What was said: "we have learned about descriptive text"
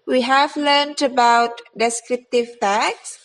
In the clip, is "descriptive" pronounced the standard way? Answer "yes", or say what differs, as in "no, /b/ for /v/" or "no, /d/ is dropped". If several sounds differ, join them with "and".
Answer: yes